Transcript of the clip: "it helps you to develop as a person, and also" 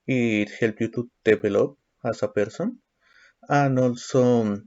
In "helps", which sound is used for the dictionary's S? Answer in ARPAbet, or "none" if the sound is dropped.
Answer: none